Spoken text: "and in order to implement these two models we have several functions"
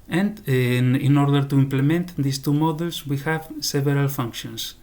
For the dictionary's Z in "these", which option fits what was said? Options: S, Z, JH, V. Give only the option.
S